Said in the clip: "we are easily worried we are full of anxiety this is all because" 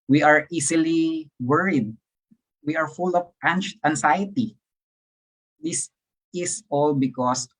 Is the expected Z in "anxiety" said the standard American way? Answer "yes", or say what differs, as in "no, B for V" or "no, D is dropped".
no, S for Z